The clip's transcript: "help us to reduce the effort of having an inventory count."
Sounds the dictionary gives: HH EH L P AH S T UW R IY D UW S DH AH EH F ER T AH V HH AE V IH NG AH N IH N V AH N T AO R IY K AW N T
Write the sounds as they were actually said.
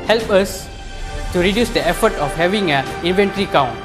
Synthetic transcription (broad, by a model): HH EH L P AH S T UW R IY D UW S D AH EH F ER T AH F HH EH V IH NG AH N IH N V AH N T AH R IY K AW N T